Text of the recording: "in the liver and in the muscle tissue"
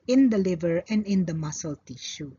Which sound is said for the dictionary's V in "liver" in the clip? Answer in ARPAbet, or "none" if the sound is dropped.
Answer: V